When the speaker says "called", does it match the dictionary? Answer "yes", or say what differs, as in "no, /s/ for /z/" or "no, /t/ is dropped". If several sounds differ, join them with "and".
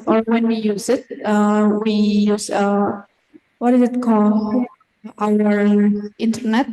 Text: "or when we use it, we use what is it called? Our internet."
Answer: no, /d/ is dropped